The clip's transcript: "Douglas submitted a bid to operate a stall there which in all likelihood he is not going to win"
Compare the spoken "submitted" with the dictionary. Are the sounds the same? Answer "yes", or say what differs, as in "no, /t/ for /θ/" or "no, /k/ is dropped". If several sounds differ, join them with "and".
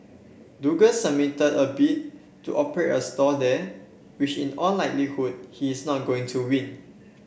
no, /b/ is dropped